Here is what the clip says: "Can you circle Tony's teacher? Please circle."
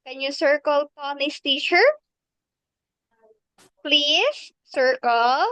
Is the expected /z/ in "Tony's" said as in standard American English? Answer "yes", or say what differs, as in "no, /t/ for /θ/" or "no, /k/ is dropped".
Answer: no, /s/ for /z/